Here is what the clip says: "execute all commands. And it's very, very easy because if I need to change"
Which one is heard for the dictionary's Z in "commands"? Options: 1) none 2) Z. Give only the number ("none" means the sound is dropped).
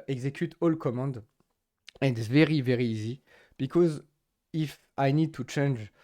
1